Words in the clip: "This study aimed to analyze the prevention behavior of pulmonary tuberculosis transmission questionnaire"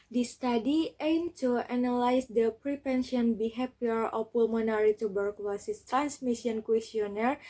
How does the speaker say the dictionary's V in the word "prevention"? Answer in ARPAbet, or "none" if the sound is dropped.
P